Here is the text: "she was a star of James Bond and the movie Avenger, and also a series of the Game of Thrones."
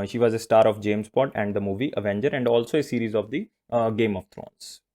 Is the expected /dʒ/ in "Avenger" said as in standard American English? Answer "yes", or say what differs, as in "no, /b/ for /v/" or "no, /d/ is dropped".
yes